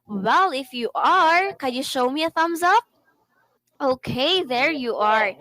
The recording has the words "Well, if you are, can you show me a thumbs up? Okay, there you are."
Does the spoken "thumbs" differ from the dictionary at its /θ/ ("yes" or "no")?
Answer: no